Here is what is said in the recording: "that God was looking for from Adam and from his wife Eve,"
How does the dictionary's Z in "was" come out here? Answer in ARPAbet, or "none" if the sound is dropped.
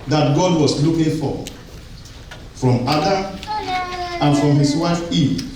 S